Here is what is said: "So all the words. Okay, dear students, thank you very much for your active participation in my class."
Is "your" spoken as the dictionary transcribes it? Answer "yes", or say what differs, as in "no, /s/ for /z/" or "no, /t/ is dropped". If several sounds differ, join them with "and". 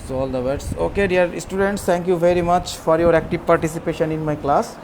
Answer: yes